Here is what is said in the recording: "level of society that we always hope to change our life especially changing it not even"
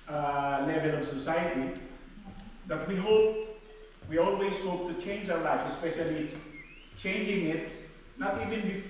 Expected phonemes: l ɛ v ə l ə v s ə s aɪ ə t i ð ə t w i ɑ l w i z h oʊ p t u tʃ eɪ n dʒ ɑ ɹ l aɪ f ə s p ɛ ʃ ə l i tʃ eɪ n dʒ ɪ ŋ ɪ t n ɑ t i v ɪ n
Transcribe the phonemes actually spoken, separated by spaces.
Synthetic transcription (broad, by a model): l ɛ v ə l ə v s ə s aɪ ə t i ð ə t w i ɑ l w i z h oʊ p t u tʃ eɪ n dʒ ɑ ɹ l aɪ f ə s p ɛ ʃ ə l i tʃ eɪ n dʒ ɪ ŋ ɪ t n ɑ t i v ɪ n